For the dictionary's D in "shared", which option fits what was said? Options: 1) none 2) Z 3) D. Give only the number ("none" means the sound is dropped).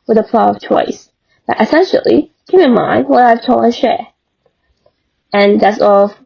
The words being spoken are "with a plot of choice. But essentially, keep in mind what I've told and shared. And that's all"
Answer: 1